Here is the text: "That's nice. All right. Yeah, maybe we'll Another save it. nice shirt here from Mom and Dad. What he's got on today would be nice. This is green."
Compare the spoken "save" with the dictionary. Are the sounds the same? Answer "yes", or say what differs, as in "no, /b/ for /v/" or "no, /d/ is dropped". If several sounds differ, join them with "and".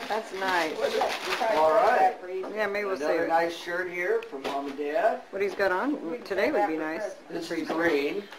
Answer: no, /v/ is dropped